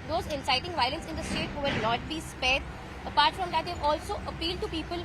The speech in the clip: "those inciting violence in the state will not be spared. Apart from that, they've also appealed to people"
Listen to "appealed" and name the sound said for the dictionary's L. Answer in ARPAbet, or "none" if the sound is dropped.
L